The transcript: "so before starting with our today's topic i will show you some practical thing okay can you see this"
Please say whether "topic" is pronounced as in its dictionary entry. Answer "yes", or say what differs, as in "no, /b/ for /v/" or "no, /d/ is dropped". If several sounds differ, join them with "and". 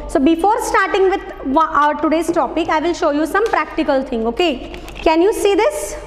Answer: yes